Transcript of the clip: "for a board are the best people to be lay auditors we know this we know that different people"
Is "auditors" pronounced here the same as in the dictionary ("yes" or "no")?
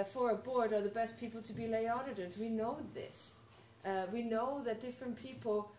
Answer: yes